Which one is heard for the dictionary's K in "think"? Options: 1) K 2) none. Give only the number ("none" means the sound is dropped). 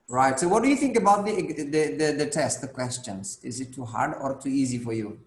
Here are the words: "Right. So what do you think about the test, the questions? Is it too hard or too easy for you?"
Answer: 1